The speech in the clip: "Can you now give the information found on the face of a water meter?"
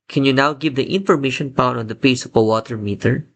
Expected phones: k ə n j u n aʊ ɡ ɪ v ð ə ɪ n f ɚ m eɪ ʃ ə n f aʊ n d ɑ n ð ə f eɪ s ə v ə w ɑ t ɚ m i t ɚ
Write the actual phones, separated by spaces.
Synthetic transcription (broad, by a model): k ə n j u n aʊ ɡ ɪ v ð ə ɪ n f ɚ m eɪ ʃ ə n p aʊ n ɑ n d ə p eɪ s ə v ə w ɑ t ɚ m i t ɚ